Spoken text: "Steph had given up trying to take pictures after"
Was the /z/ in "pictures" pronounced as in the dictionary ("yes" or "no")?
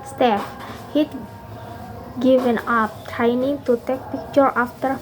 no